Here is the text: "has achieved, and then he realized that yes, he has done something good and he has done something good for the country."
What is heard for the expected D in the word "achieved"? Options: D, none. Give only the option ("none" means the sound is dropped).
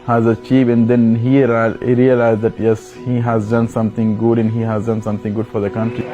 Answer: none